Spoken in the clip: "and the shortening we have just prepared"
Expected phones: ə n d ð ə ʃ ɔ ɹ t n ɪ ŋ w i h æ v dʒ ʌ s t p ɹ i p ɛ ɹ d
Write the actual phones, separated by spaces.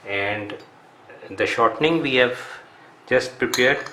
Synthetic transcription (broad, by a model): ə n d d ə ʃ ɔ ɹ t n ɪ ŋ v i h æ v dʒ ʌ s t p ɹ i p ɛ ɹ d